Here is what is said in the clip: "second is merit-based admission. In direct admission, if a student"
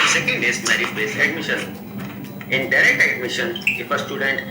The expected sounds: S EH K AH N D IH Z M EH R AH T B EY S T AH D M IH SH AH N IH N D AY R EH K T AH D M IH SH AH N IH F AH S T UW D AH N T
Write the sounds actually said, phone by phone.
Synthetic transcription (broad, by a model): S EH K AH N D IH S M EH R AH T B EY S AH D M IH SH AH N IH N D AY R EH K T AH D M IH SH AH N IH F AH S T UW D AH N T